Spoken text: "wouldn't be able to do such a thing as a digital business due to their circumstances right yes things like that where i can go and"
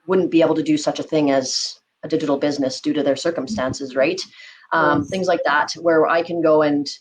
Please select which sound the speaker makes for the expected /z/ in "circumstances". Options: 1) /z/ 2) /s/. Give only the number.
1